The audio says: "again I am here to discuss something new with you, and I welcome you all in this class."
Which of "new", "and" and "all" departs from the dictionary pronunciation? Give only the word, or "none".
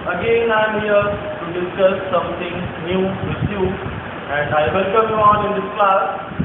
all